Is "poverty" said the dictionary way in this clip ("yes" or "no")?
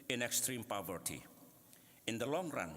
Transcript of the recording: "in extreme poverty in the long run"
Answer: yes